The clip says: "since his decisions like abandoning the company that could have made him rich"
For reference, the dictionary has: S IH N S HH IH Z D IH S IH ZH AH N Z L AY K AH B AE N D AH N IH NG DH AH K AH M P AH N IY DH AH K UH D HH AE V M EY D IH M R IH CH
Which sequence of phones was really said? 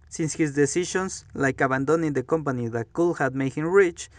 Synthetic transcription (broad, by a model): S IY N S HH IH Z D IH S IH SH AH N S L AY K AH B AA N D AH N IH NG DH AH K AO M P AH N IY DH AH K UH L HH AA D M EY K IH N R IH CH